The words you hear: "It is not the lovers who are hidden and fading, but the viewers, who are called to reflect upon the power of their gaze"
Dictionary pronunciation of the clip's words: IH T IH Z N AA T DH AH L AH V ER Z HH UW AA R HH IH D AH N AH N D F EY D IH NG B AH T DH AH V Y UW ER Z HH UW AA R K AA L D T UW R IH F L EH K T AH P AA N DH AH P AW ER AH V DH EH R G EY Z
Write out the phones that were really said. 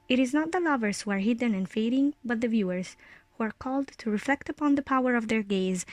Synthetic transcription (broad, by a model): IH T IH Z N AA T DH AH L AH V ER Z HH UW AA R HH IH D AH N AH N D F EY D IH NG B AH T DH AH V Y UW ER Z HH UW AA R K AA L D T UW R IH F L EH K T AH P AA N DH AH P AW ER AH V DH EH R G EY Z